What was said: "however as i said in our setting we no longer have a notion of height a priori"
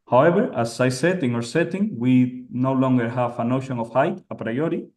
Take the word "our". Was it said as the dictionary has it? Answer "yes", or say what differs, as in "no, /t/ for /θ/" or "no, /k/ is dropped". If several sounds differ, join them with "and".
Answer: yes